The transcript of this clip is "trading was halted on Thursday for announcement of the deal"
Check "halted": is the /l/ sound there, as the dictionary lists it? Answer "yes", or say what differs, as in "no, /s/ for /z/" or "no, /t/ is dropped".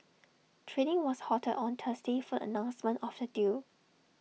no, /l/ is dropped